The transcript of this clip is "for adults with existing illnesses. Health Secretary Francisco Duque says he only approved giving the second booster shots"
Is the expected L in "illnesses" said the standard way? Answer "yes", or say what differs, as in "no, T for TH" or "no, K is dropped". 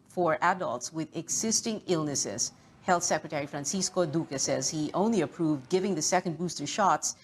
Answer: yes